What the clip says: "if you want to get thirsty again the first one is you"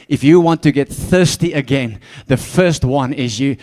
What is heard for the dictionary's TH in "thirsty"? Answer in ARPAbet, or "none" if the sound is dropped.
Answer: TH